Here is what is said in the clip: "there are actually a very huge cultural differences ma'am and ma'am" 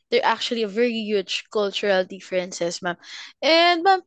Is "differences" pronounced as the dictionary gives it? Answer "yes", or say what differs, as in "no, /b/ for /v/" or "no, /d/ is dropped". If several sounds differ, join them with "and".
no, /s/ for /z/